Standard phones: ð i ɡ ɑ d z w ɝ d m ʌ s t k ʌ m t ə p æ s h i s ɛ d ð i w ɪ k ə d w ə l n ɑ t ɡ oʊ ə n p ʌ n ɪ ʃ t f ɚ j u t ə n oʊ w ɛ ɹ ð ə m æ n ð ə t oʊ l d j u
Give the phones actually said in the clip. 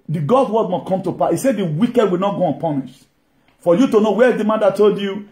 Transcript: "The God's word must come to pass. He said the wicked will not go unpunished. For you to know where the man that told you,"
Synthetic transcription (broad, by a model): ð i ɡ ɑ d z w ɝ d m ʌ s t k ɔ m t ə p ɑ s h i s ɛ d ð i w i k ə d w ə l n ɑ t ɡ oʊ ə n p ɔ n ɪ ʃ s f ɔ j u t ə n oʊ w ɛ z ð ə m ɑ n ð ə t oʊ l d j u